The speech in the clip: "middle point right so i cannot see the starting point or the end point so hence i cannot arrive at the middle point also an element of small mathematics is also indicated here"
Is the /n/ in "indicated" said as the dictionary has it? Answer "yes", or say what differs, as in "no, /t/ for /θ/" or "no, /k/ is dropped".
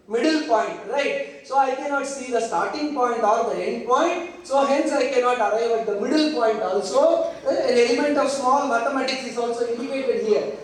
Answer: no, /n/ is dropped